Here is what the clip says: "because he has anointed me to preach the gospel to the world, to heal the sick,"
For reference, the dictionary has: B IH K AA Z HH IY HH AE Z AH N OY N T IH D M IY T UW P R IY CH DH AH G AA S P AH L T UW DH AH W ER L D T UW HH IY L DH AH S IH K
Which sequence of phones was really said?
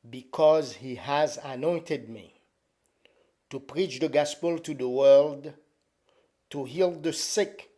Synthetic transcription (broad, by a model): B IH K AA Z HH IY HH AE Z AH N OY N T IH D M IY T UW P R IY CH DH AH G AA S P AH L T UW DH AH W ER L D T UW HH IY L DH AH S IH K